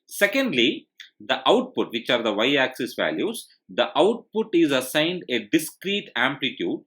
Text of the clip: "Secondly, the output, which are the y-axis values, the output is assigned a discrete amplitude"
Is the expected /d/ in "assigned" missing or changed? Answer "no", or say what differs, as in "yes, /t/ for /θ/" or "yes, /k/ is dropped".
no